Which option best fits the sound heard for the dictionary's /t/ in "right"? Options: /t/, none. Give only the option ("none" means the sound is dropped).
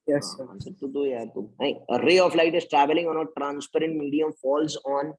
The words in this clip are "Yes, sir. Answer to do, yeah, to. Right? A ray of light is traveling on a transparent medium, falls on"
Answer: none